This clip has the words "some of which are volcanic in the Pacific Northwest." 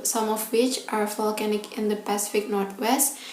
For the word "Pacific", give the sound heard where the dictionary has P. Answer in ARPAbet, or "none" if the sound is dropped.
P